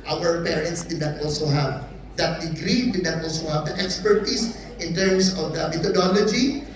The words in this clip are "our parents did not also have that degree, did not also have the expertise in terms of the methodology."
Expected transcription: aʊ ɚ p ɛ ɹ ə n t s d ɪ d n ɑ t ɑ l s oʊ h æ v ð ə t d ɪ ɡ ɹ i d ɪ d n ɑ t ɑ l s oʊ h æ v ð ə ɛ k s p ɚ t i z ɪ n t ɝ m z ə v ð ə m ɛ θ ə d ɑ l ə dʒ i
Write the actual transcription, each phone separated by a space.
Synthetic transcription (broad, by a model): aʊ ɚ p ɛ ɹ ə n t s d ɪ d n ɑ t ɑ l s oʊ h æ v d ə t d ɪ ɡ ɹ i d ɪ d n ɑ t ɑ l s oʊ h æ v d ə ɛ k s p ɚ t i s ɪ n t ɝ m s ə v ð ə m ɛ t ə d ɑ l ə dʒ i